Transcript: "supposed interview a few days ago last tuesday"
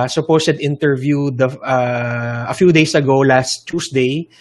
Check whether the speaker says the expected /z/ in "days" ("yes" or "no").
no